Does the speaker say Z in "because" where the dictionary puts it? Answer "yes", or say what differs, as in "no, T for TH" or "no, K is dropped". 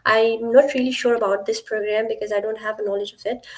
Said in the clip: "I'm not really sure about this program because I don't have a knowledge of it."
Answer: yes